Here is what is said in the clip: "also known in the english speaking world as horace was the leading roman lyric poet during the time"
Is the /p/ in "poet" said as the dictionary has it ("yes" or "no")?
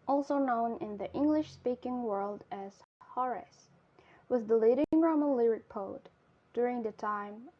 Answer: yes